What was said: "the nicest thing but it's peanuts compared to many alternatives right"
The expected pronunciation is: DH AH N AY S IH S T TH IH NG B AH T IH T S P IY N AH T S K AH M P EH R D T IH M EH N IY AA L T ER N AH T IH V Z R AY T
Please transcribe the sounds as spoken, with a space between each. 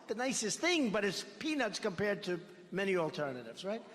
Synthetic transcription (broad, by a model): DH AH N AY S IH S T TH IH NG B AH T IH T S P IY N AH T S K AH M P EH R D T IH M EH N IY AA L T ER N AH T IH V Z R AY T